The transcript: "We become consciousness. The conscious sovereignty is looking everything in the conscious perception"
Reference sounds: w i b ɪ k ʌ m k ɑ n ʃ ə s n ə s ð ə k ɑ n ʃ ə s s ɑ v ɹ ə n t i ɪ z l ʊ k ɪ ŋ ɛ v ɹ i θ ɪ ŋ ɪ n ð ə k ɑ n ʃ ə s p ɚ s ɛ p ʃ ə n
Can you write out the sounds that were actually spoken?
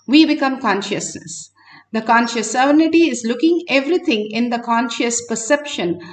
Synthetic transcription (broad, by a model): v i b ɪ k ʌ m k ɑ n ʃ ə s n ə s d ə k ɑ n ʃ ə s s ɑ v ə n t i ɪ z l ʊ k ɪ ŋ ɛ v ɹ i t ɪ ŋ ɪ n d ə k ɑ n ʃ ə s p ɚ s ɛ p ʃ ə n